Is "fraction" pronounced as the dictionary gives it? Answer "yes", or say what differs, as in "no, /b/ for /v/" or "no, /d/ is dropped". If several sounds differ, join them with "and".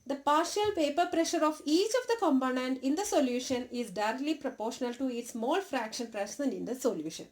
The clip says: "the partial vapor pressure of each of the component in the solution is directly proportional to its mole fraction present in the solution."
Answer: yes